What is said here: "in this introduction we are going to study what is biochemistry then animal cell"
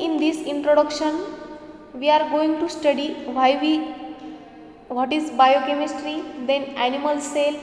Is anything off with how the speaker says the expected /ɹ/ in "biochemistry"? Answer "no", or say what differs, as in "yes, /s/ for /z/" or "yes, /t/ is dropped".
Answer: no